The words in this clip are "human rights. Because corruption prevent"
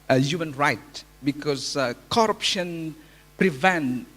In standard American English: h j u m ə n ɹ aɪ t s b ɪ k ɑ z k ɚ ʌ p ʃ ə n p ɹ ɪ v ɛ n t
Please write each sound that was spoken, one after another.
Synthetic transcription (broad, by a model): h j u m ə n ɹ aɪ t b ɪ k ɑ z k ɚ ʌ p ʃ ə n p ɹ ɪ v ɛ n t